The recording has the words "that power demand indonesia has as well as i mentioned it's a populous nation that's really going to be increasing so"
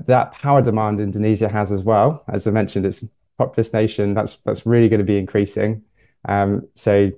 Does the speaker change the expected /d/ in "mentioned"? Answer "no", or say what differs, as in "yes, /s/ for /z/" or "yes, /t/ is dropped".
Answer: no